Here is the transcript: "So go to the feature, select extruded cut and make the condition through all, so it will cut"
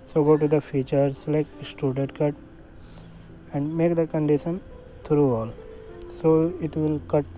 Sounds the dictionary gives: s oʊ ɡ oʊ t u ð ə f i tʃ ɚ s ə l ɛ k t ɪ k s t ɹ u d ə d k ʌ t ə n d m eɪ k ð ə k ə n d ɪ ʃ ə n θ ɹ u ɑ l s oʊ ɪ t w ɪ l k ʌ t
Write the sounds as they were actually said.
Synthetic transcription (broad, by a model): s oʊ ɡ oʊ t u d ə f i tʃ ɚ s l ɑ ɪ k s t u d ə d k ʌ t ə n d m eɪ k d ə k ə n d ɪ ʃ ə n t ɹ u ɑ l s oʊ ɪ t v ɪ l k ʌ t